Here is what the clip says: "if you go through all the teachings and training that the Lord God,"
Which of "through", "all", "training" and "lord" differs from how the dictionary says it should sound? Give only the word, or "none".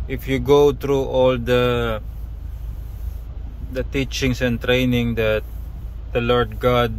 through